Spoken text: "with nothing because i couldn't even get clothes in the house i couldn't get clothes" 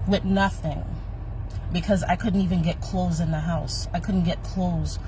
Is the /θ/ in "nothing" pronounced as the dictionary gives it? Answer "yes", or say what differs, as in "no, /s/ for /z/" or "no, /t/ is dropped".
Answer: yes